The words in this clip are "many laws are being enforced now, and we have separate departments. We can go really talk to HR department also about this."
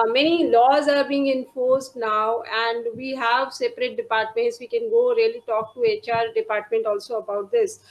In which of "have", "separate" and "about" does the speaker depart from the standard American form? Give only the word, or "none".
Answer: none